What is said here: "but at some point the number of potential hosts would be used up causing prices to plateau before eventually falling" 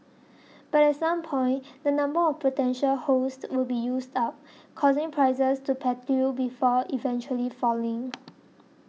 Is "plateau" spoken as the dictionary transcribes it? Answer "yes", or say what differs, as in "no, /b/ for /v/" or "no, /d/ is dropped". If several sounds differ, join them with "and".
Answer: no, /l/ is dropped